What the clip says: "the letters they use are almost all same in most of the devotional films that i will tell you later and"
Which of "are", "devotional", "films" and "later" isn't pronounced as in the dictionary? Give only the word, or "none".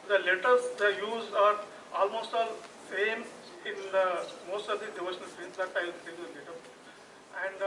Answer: films